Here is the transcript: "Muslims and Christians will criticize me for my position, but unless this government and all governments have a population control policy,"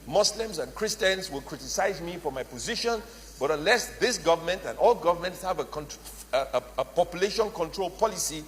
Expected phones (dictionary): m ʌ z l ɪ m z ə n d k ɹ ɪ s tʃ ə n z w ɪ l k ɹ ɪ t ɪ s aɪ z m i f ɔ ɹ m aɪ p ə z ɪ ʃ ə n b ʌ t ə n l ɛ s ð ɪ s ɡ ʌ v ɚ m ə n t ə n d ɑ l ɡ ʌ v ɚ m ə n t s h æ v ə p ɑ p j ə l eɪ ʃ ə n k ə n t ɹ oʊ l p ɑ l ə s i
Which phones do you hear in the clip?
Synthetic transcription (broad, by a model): m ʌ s l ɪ m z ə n k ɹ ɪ s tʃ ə n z w ɪ l k ɹ ɪ t ɪ s aɪ z m i f ɔ ɹ m aɪ p ə z ɪ ʃ ə n b ʌ t ə n l ɛ s ð ɪ s ɡ ʌ v ɚ m ə n t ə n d ɑ l ɡ ʌ v ɚ m ə n t s h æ v ə p ɑ p j ə l eɪ ʃ ə n k ə n t ɹ oʊ l p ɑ l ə s i